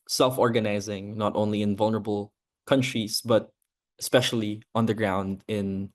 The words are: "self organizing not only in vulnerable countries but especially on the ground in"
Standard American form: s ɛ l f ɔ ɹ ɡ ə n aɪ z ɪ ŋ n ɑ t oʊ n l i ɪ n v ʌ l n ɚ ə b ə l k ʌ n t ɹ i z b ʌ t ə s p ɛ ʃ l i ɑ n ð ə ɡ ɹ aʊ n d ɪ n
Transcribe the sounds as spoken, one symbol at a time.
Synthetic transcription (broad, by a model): s ɛ l f ɔ ɹ ɡ ə n aɪ z ɪ ŋ n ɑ t oʊ n l i ɪ n v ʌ l n ɚ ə b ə l k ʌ n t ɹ i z b ʌ t ə s p ɛ ʃ l i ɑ n ð ə ɡ ɹ aʊ n d ɪ n